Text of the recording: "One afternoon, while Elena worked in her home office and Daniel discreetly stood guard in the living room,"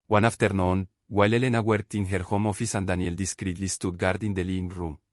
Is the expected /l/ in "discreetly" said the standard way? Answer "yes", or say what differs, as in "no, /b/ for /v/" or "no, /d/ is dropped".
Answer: yes